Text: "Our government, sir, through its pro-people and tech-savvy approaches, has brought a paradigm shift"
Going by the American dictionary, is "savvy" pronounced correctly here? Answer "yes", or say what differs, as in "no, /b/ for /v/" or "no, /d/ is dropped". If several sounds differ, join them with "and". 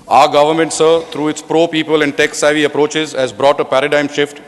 yes